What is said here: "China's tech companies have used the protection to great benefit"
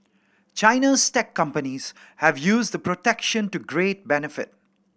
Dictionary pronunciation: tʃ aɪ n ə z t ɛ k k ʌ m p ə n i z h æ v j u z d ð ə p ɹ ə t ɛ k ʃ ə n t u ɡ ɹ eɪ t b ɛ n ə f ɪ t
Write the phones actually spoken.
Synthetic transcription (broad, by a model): tʃ aɪ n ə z t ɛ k k ʌ m p ə n i z h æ v j u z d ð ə p ɹ ə t ɛ k ʃ ə n t u ɡ ɹ eɪ t b ɛ n ə f ɪ t